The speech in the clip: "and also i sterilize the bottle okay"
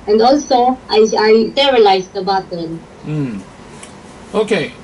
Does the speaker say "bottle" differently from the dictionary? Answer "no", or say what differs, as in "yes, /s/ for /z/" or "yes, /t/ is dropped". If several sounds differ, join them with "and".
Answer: yes, /n/ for /l/